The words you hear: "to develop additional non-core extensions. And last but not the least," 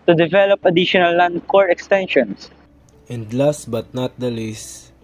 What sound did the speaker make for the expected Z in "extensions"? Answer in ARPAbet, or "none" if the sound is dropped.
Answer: S